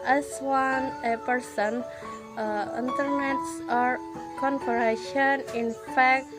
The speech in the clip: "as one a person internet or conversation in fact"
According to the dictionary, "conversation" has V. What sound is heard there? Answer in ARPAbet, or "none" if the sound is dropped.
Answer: P